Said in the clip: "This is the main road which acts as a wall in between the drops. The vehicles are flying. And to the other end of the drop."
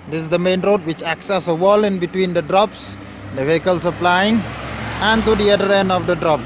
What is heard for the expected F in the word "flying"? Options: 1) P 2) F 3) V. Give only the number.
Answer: 1